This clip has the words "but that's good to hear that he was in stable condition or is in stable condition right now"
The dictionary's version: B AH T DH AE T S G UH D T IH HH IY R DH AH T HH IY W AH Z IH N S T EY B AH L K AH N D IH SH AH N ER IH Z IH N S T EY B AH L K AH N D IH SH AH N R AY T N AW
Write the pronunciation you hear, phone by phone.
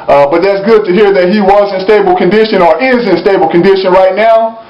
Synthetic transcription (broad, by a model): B AH T DH AE T S G UH D T IH HH IY R DH AH T HH IY W AH Z IH N S T EY B L K AH N D IH SH AH N ER IH Z IH N S T EY B L K AH N D IH SH AH N R AY T N AW